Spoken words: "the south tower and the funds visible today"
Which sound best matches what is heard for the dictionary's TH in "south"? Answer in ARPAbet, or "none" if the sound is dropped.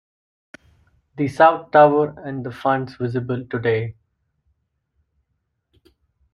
T